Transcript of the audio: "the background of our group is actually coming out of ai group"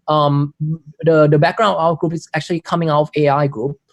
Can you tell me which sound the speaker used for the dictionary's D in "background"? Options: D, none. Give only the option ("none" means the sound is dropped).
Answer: none